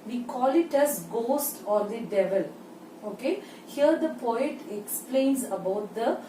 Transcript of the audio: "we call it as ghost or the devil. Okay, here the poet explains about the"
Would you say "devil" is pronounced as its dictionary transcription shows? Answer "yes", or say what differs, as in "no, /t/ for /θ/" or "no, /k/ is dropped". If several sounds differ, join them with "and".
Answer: yes